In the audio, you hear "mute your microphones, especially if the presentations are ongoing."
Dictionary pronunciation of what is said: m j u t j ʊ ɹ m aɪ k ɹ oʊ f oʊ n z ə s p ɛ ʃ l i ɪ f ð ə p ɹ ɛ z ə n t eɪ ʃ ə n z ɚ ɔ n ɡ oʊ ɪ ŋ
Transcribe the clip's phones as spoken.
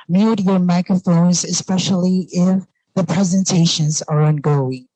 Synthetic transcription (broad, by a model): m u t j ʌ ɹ m aɪ k ɹ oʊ f oʊ n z ə s p ɛ ʃ l i ɪ f ð ə p ɹ ɛ z ə n t eɪ ʃ ə n z ɚ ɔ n ɡ oʊ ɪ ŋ